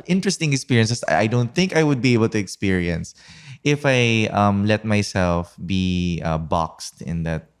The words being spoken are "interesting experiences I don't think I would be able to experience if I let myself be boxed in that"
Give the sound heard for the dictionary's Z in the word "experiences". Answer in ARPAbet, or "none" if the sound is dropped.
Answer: S